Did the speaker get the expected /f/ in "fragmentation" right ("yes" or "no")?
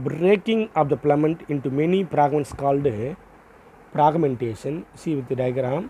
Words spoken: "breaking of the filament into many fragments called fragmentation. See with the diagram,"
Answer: no